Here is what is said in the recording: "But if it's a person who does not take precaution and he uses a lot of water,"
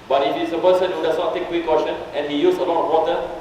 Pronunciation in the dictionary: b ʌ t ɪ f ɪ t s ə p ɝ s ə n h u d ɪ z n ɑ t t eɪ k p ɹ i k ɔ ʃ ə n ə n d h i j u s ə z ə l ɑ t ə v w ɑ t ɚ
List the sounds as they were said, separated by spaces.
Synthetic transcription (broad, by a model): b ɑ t ɪ f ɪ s ə p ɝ s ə n h u d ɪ s n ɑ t t eɪ k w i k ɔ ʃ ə n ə n h i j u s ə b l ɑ ə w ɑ t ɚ